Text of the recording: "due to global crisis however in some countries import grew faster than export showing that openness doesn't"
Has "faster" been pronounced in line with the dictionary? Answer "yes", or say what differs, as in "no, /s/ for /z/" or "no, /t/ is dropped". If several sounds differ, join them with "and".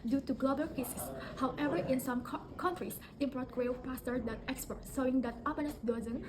no, /p/ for /f/